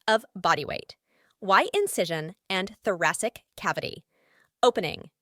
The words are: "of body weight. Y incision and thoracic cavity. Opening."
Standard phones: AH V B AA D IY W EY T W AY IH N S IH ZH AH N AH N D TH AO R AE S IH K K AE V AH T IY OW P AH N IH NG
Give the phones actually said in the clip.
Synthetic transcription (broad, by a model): AH V B AA D IY W EY T W AY IH N S IH ZH AH N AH N TH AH R AE S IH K K AE V AH T IY OW P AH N IH NG